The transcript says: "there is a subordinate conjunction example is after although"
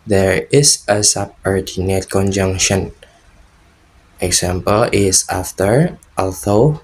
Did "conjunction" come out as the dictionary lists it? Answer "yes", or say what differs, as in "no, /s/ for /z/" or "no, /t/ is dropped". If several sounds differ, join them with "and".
yes